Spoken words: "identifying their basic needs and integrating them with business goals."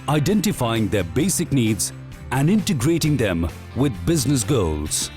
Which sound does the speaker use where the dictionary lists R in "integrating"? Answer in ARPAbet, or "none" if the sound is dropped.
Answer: R